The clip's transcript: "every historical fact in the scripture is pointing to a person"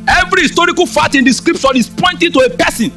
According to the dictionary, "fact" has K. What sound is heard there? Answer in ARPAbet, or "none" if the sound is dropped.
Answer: none